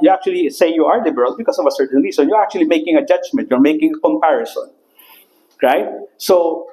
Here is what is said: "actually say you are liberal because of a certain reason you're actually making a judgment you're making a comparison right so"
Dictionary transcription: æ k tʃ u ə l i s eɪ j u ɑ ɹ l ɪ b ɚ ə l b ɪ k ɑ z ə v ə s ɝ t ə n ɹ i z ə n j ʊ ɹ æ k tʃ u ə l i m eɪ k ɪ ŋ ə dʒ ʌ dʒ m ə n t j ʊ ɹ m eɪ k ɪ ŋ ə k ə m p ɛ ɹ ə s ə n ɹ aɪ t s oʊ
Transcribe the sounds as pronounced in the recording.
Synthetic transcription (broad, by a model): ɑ k tʃ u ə l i s eɪ j u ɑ ɹ l ɪ b ɚ ə l b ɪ k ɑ s ə v ə s ɝ t ə n ɹ i s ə n j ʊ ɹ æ k tʃ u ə l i m eɪ k ɪ ŋ ə dʒ ʌ dʒ m ə n t j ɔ ɹ m eɪ k ɪ ŋ ə k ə m p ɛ ɹ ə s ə n ɹ aɪ t s oʊ